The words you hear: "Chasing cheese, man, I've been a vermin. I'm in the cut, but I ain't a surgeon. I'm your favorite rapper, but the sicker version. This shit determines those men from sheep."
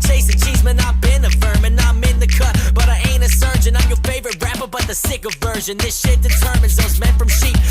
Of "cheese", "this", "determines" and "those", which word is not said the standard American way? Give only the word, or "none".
none